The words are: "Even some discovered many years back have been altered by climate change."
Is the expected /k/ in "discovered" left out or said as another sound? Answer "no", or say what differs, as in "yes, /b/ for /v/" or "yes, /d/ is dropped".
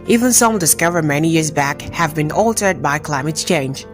no